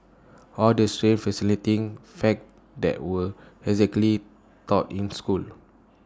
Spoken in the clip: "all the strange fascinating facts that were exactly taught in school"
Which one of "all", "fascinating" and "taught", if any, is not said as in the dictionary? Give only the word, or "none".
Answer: fascinating